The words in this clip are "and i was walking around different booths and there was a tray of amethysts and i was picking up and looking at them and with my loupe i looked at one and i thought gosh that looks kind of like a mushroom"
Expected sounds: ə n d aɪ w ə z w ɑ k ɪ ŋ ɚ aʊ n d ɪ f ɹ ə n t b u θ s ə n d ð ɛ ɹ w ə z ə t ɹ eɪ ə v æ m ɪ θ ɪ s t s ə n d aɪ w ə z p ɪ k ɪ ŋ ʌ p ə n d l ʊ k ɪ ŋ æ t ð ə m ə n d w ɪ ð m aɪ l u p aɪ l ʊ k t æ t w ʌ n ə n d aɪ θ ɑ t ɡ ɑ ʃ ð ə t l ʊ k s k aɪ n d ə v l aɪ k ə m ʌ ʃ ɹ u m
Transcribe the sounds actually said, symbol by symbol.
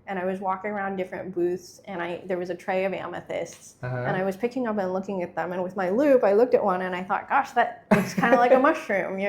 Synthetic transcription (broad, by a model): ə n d aɪ w ə z w ɑ k ɪ ŋ ɚ aʊ n d ɪ f ɹ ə n b u θ s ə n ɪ ð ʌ ɹ w ə z ə t ɹ eɪ ə v æ m ɪ θ ɪ s t s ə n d aɪ w ə z p ɪ k ɪ ŋ ʌ p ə n l ʊ k ɪ ŋ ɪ t ð ə m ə n w ɪ ð m aɪ l u p aɪ l ʊ k t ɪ t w ʌ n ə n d aɪ θ ɑ t ɡ ɑ ʃ ð ə t w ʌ s k aɪ n d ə l aɪ k ə m ʌ ʃ ɹ u m